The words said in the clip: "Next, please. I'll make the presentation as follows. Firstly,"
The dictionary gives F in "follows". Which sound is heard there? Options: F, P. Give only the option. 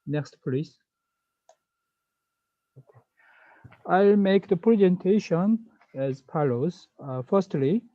P